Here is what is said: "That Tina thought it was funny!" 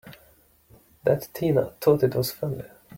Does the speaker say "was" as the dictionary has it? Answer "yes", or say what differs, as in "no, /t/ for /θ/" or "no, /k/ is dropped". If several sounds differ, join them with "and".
no, /s/ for /z/